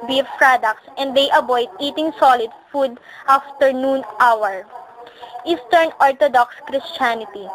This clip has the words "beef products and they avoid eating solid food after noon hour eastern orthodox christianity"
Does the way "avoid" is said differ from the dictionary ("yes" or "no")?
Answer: yes